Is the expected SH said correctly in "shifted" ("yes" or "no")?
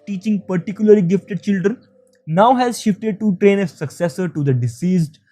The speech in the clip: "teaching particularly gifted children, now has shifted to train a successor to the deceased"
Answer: yes